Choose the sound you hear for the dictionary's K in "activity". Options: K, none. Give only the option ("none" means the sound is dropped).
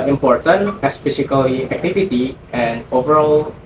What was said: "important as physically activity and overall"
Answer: K